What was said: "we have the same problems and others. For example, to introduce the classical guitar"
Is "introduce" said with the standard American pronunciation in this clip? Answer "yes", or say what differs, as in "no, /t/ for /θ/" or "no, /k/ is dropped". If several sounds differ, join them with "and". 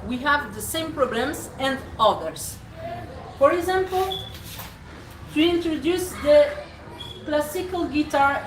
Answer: yes